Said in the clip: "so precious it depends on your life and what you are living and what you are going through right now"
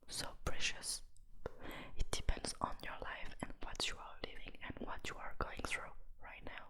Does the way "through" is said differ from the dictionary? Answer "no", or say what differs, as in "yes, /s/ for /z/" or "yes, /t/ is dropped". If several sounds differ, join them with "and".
no